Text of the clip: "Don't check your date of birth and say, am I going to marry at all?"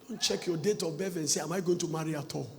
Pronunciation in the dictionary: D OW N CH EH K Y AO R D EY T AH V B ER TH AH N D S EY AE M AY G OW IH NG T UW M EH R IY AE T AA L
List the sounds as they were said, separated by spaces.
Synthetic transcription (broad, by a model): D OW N CH EH K Y AO D EY T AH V B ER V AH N S EY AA M AY G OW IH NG T UW M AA R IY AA T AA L